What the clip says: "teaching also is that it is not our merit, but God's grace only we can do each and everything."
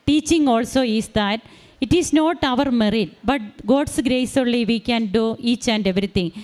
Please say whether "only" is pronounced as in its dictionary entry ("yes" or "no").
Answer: no